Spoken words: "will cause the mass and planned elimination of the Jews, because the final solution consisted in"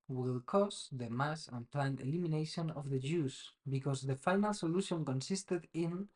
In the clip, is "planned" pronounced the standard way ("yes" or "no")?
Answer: no